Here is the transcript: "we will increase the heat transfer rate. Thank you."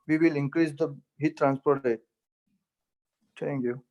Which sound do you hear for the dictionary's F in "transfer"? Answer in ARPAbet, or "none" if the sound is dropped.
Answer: P